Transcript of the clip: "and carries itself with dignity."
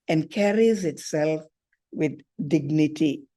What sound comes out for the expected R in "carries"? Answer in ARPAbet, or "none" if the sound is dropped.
R